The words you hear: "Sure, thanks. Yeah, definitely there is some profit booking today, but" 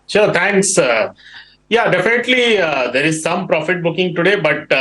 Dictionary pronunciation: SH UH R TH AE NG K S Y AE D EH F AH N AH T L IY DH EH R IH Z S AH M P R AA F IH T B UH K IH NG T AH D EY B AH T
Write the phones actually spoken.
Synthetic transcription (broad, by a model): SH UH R T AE NG K S Y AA D EH F AH N AH T L IY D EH R IH Z S AH M P R AA F IH T B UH K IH NG T AH D EY B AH T